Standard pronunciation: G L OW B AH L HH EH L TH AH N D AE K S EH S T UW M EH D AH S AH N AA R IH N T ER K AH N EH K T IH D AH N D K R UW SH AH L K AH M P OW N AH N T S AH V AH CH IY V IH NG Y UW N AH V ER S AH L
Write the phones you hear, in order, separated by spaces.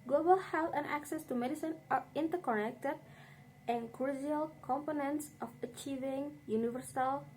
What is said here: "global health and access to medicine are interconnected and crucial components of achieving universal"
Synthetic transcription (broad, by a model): G L OW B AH L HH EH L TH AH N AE K S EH S T UW M EH D AH S AH N AA R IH N T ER K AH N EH K T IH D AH N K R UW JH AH L K AH M P OW N AH N T S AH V AH CH IY V IH NG Y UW N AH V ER S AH L